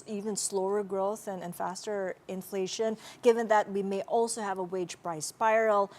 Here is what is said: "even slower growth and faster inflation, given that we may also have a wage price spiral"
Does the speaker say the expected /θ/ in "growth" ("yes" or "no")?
yes